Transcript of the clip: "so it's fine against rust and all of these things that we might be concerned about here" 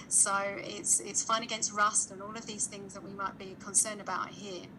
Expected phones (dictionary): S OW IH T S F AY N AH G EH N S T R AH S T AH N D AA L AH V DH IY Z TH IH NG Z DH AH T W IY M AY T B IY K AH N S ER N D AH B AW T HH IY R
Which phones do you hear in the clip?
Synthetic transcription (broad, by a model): S OW IH T S F AY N AH G EH N S T R AH S T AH N AA L AH V DH IY Z TH IH NG Z DH AH T W IY M AY T B IY K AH N S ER N D AH B AW T HH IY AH